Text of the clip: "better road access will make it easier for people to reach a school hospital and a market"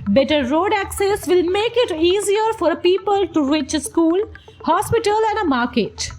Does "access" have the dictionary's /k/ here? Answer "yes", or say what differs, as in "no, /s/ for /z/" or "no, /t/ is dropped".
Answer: yes